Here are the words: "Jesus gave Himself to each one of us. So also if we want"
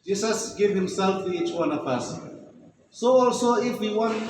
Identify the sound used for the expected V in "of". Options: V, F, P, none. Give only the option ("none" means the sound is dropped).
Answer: P